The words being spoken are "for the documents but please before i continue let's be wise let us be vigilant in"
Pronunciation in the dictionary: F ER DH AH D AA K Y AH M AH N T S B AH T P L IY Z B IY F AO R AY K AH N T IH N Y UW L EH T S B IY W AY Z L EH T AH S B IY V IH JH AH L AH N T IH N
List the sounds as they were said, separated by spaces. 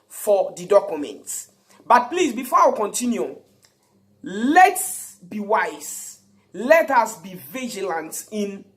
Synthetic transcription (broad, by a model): F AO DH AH D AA K Y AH M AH N T B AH T P L IY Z B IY F AO W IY K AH N T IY N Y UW L EH T S B IY W AY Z L EH T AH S B IY V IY JH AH L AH N T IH N